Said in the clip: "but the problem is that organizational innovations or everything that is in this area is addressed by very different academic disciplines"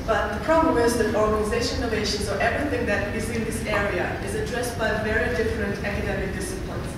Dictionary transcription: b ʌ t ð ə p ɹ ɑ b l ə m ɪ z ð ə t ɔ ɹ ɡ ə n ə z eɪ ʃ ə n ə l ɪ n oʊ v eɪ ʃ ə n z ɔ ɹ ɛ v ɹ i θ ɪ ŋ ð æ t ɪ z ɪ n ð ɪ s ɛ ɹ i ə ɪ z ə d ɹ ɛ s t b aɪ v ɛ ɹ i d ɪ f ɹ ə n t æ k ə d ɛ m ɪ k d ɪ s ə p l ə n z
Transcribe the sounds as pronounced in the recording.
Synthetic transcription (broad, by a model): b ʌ t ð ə p ɹ ɑ b l ə m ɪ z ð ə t ɔ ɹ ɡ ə n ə z eɪ ə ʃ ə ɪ n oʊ v eɪ ʃ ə n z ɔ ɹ ɛ v ɹ i θ ɪ ŋ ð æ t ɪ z ɪ n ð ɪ s ɛ ɹ i ə ɪ z ə d ɹ ɛ s t b aɪ v ɛ ɹ i d ɪ f ɹ ə n t æ k ə d ɛ m ɪ k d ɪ s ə p l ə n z